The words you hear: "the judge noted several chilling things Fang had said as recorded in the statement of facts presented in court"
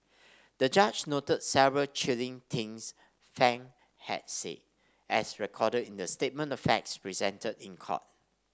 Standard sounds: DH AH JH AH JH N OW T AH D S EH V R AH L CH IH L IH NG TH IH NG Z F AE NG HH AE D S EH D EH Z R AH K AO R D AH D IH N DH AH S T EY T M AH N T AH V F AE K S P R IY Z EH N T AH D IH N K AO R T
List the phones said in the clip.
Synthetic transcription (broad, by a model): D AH JH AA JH N OW T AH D S EH V R AH L CH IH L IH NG T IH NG S F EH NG HH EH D S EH EH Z R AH K AO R D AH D IH N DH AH S T EY T M AH N T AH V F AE K S P R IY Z EH N T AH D IH N K AO T